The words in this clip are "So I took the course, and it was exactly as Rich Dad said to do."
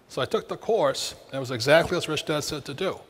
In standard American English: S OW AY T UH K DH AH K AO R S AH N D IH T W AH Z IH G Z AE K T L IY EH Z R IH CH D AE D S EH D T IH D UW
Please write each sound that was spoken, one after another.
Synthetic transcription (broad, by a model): S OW AY T UH K DH AH K AO R S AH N IH T W AH Z IH G Z AE K T L IY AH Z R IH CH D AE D S EH D T IH D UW